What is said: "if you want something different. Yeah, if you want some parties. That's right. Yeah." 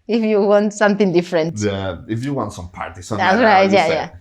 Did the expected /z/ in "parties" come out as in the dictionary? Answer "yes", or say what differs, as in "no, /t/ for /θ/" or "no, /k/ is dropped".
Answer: no, /s/ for /z/